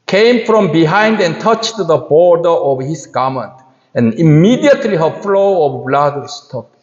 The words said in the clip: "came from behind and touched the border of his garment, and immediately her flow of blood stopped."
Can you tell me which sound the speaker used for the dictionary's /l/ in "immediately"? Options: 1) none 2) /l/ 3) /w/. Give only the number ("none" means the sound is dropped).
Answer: 2